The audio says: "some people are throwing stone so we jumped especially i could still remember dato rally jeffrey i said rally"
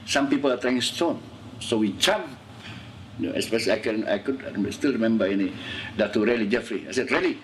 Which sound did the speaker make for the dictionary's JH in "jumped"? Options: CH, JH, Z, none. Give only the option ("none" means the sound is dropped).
CH